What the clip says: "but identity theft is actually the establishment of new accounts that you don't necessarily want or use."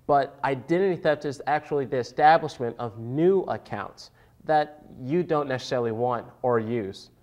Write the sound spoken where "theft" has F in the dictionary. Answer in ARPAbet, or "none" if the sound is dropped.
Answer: P